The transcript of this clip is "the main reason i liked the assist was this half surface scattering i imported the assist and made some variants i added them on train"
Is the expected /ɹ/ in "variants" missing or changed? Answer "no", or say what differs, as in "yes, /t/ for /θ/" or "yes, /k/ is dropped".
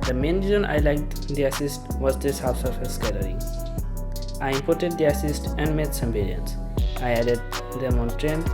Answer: yes, /l/ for /ɹ/